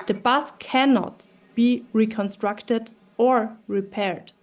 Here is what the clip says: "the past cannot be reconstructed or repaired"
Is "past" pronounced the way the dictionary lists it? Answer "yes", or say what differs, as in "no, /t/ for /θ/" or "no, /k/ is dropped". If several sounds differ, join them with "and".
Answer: no, /b/ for /p/